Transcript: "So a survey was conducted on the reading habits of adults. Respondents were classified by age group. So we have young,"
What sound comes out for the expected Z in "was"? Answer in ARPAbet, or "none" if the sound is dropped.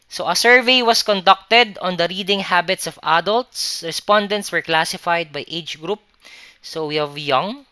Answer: S